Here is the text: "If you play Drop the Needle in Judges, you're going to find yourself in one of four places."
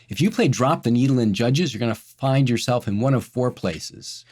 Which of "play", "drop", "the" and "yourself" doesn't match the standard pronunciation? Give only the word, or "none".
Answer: none